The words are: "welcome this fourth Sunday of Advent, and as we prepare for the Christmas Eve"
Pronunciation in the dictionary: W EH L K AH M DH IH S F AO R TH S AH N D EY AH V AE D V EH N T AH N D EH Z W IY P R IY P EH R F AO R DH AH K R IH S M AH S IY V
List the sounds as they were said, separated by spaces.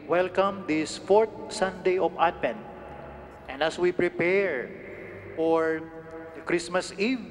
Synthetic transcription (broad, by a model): W EH L K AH M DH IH S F AO R T S AH N D EY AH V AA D P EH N T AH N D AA S W IY P R IY P EH R F AO R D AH K R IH S M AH S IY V